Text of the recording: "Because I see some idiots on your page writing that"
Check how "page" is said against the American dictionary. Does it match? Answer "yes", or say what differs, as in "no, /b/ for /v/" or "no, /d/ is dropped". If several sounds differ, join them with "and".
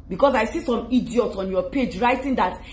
yes